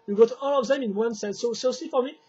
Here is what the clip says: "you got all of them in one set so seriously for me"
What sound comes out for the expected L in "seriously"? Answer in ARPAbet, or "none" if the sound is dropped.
none